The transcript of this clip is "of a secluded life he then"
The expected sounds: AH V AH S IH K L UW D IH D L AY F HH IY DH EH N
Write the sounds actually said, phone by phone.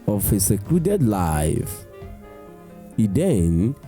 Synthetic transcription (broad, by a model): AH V AH S IH K L UW D IH D L AY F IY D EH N